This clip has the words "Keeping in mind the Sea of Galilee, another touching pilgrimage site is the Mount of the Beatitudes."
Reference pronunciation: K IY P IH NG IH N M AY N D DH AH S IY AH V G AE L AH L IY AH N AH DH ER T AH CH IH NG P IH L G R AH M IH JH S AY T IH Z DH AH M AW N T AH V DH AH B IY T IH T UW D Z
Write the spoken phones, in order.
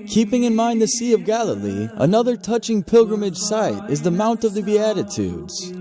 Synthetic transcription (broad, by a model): K IY P IH NG IH N M AY N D DH AH S IY AH V G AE L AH L IY AH N AH DH ER T AH CH IH NG P IH L G R AH M IH JH S AY T IH Z DH AH M AW N T AH V DH AH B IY T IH T UW D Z